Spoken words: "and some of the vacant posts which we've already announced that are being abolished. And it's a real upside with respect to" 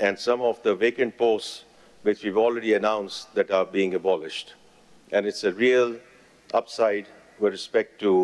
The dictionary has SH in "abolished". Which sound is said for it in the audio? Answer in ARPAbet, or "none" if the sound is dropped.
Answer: SH